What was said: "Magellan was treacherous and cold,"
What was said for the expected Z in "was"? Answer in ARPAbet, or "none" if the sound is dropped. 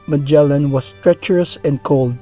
S